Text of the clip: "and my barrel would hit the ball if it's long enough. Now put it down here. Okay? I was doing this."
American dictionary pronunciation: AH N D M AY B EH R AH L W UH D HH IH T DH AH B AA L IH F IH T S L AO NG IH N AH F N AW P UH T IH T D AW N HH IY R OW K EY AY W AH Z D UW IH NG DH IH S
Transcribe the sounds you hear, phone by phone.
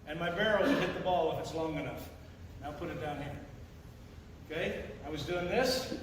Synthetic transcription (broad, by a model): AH N M AY B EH R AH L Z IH HH IH T DH AH B AA L IH F IH T S L AO NG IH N AH F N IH P UH T IH T D AW N HH IY R OW K EY AY W AH Z D UW IH NG DH IH S